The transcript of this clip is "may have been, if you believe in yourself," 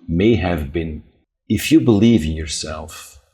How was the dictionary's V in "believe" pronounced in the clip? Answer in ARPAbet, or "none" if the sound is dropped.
V